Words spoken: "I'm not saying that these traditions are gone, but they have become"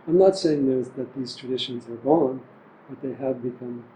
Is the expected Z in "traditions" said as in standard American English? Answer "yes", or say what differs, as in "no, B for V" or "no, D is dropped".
yes